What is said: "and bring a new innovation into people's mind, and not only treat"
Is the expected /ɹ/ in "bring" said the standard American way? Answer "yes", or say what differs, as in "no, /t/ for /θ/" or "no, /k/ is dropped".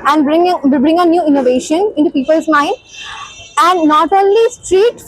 yes